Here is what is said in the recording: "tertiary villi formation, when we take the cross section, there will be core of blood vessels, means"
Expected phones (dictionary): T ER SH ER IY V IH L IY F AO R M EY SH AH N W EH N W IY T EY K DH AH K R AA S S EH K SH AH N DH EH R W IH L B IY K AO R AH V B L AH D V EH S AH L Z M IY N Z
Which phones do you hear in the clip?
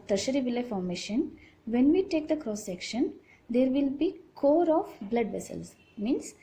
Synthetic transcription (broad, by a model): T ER SH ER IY V IH L IY F AO R M EY SH AH N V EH N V IY T EY K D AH K R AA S S EH K SH AH N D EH R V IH L B IY K AO R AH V B L AH D V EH S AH L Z M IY N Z